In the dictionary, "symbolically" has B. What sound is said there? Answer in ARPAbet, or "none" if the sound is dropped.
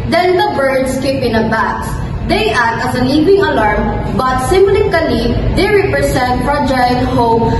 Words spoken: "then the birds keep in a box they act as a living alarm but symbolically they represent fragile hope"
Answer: none